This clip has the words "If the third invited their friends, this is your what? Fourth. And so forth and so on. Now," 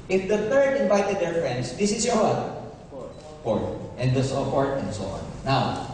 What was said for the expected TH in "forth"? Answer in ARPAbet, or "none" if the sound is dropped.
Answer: T